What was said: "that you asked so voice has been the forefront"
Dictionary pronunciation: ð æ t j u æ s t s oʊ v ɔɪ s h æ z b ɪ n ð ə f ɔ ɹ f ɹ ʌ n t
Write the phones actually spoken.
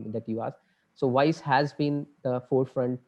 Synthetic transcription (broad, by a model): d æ t j u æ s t s oʊ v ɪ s h æ z b ɪ n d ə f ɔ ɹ f ɹ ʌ n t